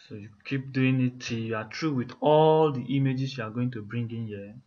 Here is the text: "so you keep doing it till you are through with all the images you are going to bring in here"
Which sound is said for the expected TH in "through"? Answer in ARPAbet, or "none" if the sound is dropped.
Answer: T